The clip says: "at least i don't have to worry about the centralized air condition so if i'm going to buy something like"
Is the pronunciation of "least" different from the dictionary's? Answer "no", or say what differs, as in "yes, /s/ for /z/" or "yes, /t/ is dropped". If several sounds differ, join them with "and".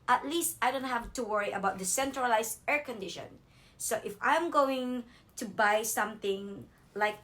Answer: no